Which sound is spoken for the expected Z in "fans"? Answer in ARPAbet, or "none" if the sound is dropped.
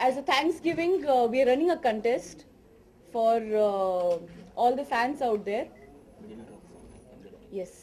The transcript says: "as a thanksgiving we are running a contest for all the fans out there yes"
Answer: S